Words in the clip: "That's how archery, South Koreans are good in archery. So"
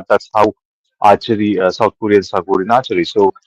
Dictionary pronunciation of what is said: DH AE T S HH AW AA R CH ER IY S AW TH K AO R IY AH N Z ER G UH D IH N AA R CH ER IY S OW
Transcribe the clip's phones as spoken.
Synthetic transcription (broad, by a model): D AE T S HH AW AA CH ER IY S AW T K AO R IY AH N S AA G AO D IH N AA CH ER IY S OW